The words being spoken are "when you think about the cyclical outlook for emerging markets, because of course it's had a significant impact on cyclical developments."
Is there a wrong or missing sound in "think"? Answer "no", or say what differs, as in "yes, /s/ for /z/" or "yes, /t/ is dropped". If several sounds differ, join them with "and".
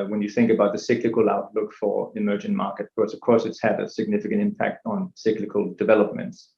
no